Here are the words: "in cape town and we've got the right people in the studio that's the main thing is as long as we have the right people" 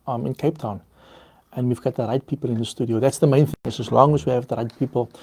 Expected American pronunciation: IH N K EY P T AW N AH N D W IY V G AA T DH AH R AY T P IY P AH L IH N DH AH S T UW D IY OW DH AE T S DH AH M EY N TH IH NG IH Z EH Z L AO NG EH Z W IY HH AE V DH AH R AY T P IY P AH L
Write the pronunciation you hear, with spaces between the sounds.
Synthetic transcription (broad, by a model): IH N K EY P T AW N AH N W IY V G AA T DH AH R AY T P IY P AH L IH N DH AH S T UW D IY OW DH AE T S DH AH M EY N TH IH NG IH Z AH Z L AO NG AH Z W IY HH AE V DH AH R AY T P IY P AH L